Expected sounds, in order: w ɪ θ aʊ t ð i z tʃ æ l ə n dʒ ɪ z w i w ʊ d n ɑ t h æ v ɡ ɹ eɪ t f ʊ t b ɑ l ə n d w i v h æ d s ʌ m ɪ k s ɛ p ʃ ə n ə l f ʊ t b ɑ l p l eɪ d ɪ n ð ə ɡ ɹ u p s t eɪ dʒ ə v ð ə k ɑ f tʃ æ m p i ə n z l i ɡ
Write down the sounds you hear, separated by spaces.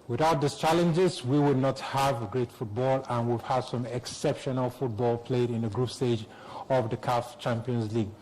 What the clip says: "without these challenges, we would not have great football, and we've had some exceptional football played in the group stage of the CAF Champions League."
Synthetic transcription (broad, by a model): w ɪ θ aʊ t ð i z tʃ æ l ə n dʒ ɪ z w i w ʊ d n ɑ t h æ v ɡ ɹ eɪ t f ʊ t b ɑ l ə n w i v h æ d s ʌ m ɪ k s ɛ p ʃ ə n ə l f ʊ t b ɑ l p l eɪ d ɪ n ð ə ɡ ɹ u p s t eɪ dʒ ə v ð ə k ɑ f tʃ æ m p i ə n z l i ɡ